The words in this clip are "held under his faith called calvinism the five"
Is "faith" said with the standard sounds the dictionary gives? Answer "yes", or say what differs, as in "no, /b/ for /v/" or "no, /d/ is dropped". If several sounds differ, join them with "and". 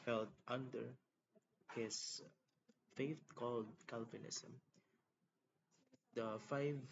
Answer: no, /t/ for /θ/